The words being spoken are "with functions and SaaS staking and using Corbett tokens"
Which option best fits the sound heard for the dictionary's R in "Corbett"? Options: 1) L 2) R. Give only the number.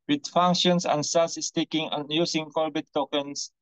1